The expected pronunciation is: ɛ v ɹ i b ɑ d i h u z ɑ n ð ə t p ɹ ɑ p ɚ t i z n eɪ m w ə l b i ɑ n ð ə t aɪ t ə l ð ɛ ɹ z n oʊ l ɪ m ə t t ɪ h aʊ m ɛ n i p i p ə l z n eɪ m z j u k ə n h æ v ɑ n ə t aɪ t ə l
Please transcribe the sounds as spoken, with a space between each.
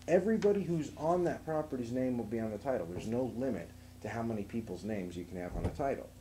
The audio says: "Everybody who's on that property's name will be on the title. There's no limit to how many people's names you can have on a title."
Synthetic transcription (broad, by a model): ɛ v ɹ i b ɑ d i h u z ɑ n ð ə t p ɹ ɑ p ɚ t i z n eɪ m w ə l b i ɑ n ð ə t aɪ t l ð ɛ ɹ z n oʊ l ɪ m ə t t ɪ h aʊ m ɛ n i p i p l z n eɪ m z j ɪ k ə n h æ v n ə t aɪ t l